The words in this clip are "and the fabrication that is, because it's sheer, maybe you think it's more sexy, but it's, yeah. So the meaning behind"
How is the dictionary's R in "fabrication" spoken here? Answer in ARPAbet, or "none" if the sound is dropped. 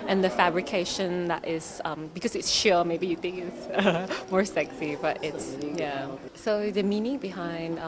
R